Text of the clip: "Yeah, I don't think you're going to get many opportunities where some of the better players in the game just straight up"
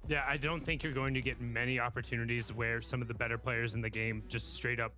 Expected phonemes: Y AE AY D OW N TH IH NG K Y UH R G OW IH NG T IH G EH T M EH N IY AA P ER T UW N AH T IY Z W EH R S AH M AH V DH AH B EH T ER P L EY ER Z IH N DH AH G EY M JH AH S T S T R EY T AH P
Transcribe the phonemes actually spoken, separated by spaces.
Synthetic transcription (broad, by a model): Y AE AY D OW N TH IH NG K Y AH R G OW IH NG T IH G EH T M EH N IY AA P ER T UW N AH T IY Z W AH R S AH M AH V DH AH B EH T ER P L EY ER Z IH N DH AH G EY M JH AH S T S T R EY T AH P